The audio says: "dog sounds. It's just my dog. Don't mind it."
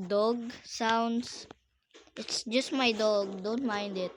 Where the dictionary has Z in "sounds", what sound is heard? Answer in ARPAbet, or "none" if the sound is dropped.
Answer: S